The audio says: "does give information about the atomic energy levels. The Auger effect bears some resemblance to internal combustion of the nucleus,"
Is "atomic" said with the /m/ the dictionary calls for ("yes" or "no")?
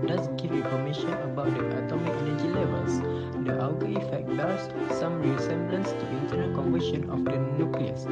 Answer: yes